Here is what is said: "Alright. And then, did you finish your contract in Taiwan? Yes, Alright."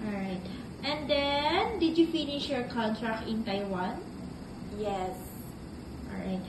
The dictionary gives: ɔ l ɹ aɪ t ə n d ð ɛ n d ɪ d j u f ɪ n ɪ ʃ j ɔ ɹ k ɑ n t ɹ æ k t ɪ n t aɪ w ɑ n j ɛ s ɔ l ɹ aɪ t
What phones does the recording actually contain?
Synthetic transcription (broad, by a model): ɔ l ɹ aɪ t ə n d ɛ n d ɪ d j u f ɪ n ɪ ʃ j ɔ ɹ k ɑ n t ɹ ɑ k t ɪ n t aɪ w ɑ n j ɛ s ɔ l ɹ aɪ t